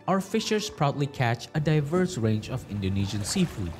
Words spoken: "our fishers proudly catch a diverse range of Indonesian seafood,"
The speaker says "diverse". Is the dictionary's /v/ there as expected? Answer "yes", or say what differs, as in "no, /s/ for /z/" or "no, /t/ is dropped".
yes